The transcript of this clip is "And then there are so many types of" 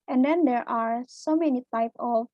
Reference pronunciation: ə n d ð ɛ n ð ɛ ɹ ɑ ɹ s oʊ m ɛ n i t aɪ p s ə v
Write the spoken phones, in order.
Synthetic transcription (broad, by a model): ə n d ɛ n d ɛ ɹ ɑ ɹ s oʊ m ɛ n i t aɪ p ə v